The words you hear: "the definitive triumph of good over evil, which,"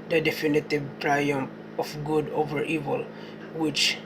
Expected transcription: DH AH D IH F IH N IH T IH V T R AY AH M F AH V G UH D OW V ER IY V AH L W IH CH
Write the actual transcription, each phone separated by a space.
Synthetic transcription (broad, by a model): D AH D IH F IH N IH T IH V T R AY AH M AH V G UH D OW V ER IY V AH L W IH CH